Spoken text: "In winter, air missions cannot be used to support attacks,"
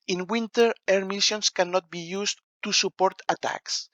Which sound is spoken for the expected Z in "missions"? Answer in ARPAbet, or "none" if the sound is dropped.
S